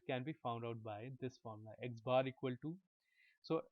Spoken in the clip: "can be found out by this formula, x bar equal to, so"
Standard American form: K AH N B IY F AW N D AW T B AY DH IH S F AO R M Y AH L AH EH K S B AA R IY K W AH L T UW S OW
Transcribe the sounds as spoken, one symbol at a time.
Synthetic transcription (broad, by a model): K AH N B IY F AW N D AW T B AY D IH S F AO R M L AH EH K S B AA R IY K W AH L T UW S OW